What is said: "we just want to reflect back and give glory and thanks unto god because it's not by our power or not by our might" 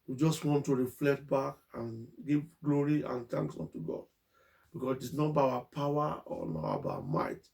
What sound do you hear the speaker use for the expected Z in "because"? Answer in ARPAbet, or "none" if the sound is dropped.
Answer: S